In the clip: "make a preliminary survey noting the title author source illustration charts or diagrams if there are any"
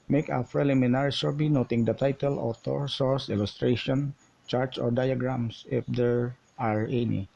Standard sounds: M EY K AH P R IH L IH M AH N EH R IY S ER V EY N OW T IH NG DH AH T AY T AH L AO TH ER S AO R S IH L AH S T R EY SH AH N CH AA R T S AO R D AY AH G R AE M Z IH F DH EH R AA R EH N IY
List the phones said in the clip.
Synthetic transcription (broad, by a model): M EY K AH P R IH L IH M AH N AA R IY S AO B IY N OW T IH NG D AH T AY T AH L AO T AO S AO R S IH L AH S T R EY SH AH N CH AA R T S AO R D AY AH G R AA M S IH F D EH R AA R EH N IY